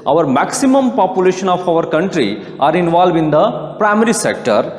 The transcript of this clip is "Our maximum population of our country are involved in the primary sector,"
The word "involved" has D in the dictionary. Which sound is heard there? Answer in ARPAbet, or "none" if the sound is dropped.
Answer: none